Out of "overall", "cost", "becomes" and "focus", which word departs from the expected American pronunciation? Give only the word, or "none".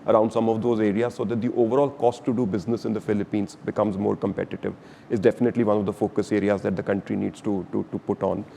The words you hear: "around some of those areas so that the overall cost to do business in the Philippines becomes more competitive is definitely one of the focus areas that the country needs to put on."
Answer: none